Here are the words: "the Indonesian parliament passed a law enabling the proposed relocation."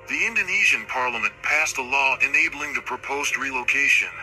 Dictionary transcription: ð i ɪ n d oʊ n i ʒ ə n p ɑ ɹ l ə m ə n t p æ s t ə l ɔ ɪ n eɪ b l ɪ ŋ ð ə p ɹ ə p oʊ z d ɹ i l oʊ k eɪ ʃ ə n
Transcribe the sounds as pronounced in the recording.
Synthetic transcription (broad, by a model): ð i ɪ n d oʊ n i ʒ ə n p ɑ ɹ l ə m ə n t p æ s t ə l ɔ ɪ n eɪ b l ɪ ŋ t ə p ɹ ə p oʊ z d ɹ i l oʊ k eɪ ʃ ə n